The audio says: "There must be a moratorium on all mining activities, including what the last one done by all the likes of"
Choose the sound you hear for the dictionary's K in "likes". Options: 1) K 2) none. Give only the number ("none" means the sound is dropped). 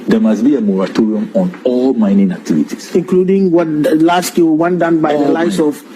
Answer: 2